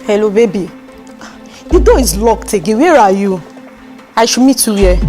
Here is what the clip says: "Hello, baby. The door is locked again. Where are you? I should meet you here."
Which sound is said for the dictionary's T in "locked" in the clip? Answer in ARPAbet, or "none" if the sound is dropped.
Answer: T